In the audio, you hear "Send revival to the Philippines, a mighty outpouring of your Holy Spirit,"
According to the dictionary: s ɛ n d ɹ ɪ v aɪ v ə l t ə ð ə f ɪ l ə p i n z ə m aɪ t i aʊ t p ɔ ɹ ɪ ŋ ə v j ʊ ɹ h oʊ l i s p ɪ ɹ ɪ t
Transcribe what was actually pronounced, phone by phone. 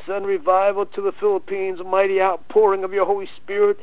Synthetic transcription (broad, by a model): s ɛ n ɹ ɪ v aɪ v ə l t ə ð ə f ɪ l ə p i n z m aɪ t i aʊ t p ɔ ɹ ɪ ŋ ə v j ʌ ɹ h oʊ l i s p ɪ ɹ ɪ t